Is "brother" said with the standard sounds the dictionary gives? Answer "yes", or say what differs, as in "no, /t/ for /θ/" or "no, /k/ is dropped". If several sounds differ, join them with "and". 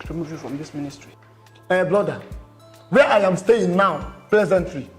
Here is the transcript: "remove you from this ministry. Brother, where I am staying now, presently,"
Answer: no, /l/ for /ɹ/